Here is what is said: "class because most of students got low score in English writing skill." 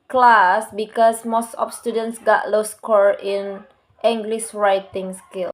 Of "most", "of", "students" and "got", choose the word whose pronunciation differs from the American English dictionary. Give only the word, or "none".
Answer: of